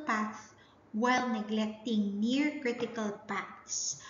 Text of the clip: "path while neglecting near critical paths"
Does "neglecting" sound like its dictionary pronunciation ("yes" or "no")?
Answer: yes